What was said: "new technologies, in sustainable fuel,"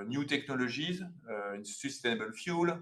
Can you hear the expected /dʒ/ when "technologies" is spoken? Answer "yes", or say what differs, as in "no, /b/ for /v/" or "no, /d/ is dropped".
no, /ʒ/ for /dʒ/